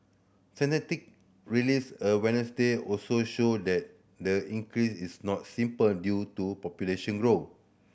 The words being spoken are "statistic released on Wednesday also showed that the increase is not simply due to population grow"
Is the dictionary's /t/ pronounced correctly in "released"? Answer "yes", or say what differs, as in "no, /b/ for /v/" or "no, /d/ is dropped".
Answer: no, /t/ is dropped